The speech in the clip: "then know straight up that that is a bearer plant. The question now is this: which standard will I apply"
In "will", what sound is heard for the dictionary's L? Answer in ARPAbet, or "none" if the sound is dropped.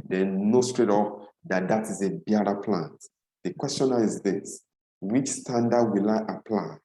L